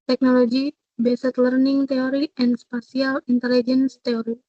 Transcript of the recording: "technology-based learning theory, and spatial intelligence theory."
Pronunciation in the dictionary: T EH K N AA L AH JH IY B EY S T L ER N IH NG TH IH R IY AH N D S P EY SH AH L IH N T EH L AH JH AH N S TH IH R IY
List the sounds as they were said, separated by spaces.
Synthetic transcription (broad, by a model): T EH K N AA L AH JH IY B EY S T L ER N IH NG T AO R IY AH N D S P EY S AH L IH N T EH L AH JH AH N S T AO R IY